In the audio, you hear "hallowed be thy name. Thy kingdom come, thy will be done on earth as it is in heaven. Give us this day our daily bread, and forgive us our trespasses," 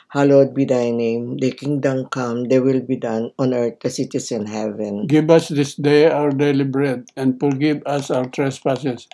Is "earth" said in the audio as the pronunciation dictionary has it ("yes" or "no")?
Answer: no